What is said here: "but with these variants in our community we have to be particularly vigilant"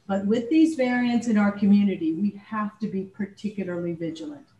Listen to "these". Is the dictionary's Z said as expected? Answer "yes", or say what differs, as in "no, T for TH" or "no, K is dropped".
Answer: yes